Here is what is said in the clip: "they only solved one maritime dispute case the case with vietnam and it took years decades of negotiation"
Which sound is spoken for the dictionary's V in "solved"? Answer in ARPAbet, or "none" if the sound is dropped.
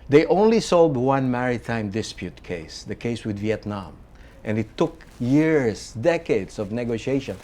none